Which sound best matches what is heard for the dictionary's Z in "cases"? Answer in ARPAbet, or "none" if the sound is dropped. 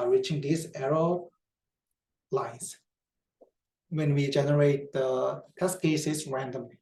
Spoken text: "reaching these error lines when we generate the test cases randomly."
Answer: S